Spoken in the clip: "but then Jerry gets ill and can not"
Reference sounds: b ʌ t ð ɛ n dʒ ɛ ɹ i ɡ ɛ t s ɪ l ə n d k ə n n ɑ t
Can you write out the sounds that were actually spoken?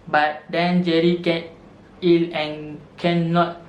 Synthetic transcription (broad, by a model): b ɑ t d ɛ n dʒ ɛ ɹ i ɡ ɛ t i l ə n k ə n n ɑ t